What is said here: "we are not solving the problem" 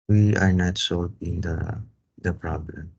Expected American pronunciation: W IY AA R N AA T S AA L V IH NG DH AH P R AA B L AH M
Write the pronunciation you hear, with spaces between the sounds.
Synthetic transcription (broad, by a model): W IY AA R N AA T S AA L P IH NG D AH P R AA B L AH M